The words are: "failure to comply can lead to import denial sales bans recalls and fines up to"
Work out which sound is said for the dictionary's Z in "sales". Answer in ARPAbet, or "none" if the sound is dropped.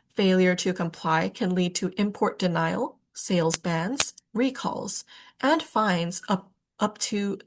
Z